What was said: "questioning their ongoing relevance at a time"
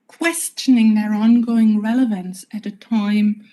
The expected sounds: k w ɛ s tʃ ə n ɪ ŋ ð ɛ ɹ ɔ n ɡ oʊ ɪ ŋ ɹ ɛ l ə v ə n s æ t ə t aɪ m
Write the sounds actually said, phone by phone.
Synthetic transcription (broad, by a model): k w ɛ s tʃ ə n ɪ ŋ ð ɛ ɹ ɔ n ɡ oʊ ɪ ŋ ɹ ɛ l ə v ə n s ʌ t ə t aɪ m